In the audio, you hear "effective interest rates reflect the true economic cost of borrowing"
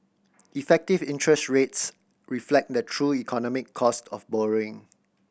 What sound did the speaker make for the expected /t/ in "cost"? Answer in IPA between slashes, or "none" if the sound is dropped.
/t/